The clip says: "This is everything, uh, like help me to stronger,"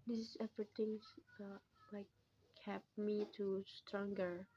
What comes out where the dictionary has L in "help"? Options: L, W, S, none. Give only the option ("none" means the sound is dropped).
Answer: none